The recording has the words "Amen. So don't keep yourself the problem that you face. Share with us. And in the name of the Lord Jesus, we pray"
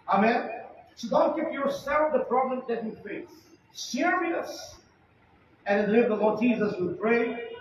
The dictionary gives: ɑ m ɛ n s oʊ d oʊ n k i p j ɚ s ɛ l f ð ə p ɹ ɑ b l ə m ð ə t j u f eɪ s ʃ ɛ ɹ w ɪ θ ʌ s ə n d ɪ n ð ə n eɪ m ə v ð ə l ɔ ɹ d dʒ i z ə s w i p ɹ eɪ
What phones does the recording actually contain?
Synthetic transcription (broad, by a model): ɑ m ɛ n s oʊ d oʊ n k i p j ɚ s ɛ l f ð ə p ɹ ɑ b l ə m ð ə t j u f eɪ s s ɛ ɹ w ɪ ʌ s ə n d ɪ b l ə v ð ə l ɔ ɹ d dʒ i z ə s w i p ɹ eɪ